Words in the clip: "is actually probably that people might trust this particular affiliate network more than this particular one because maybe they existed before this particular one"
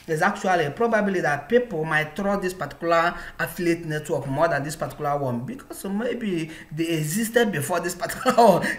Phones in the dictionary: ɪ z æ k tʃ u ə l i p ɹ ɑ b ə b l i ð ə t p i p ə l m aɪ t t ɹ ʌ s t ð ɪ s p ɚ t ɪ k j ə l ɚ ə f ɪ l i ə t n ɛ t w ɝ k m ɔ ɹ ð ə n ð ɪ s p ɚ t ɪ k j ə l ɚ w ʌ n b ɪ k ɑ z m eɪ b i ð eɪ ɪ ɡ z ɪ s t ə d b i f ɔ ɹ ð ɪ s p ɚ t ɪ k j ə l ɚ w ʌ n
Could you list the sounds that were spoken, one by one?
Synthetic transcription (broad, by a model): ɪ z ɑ k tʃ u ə l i p ɹ ɑ b ə b l i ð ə t p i p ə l m aɪ t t ɹ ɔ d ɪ s p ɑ t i k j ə l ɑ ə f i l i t n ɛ t w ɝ k m ɔ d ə n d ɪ s p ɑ t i k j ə l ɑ w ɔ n b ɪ k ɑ s m eɪ b i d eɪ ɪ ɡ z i s t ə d b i f ɔ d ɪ s p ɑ t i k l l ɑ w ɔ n